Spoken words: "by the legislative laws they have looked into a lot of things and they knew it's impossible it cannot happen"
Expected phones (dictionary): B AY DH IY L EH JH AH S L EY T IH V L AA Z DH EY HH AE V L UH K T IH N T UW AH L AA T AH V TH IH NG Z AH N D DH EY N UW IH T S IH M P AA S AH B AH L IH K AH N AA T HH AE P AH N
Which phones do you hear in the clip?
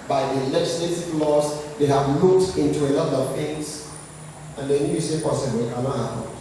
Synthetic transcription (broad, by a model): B AY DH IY L EH JH AH S L EY T IH V L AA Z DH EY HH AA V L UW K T IH N T UW AH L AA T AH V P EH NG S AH N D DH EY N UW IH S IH P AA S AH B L IH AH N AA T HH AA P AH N